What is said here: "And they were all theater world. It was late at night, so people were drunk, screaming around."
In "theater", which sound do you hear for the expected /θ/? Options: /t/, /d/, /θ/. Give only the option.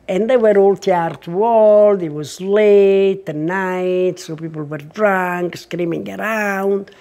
/t/